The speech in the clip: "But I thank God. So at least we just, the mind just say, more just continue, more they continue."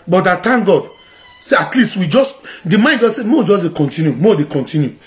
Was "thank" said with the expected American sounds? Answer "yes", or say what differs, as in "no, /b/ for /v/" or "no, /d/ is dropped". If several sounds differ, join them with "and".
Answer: no, /t/ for /θ/